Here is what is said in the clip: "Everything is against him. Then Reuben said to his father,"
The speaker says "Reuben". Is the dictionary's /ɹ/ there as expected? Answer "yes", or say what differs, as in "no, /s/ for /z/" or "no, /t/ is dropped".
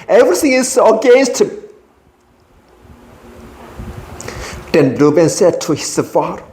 no, /l/ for /ɹ/